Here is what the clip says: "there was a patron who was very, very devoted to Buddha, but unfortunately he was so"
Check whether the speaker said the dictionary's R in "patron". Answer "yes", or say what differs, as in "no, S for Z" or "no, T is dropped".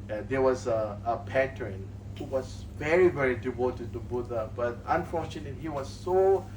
no, R is dropped